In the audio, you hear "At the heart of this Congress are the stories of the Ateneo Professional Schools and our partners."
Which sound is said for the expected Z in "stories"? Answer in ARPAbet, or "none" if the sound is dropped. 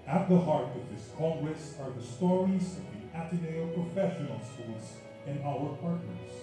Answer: Z